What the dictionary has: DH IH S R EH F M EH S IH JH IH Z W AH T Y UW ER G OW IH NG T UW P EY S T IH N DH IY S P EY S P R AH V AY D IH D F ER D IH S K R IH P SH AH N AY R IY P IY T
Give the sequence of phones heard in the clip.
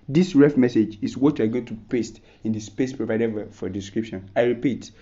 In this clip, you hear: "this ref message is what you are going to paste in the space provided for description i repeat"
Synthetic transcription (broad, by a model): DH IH S R EH F M EH S IH JH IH S W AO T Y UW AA G OW IH NG T UW P EY S T IH N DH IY S P EY S P R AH V AY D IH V F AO D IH S K R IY P SH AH N AY R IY P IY T